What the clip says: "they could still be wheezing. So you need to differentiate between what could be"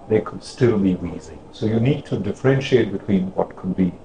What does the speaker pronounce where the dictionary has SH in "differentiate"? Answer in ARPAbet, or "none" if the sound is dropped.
SH